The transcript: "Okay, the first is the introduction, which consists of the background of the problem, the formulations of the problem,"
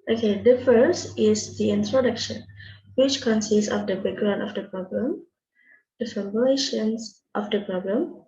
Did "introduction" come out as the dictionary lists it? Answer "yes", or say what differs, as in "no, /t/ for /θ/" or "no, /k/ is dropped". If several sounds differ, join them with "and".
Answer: yes